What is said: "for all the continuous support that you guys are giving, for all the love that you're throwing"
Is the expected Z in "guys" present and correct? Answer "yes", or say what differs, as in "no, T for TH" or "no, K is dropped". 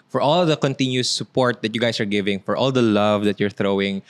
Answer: no, S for Z